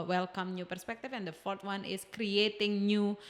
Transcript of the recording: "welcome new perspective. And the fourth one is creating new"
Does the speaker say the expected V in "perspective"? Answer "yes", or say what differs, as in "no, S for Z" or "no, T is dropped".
no, F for V